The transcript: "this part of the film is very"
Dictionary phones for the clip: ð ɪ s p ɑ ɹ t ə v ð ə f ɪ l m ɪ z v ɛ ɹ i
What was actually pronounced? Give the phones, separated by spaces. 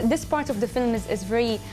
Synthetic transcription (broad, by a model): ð ɪ s p ɑ ɹ t ə v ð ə f ɪ l m ɪ z v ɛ ɹ i